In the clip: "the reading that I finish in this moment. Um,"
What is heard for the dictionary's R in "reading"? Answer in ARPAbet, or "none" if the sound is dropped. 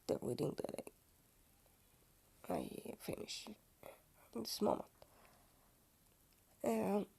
W